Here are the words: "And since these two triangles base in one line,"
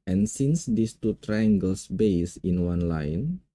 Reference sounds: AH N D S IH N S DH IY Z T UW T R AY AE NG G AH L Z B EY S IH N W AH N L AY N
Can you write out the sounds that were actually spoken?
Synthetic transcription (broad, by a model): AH N S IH N S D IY S T UW T R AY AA NG G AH L S B EY S IH N W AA N L AY N